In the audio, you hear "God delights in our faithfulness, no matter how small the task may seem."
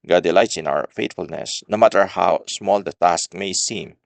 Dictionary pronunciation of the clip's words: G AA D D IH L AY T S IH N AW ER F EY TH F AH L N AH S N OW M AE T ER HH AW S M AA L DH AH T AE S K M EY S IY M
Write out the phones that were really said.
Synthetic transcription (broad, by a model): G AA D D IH L AY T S IH N AW ER F EY T F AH L N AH S N OW M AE T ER HH AW S M AA L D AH T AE S K M EY S IY M